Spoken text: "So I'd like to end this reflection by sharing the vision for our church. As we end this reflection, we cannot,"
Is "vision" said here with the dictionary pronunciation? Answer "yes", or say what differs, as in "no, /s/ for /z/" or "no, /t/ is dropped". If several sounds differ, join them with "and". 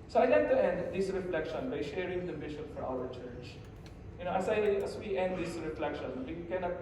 no, /b/ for /v/ and /ʃ/ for /ʒ/